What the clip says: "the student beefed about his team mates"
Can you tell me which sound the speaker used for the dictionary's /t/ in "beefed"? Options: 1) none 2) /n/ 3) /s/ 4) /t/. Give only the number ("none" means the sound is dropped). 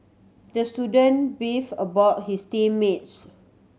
1